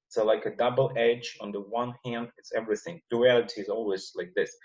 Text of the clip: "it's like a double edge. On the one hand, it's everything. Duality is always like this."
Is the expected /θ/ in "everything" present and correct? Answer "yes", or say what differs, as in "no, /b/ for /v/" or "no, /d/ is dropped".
yes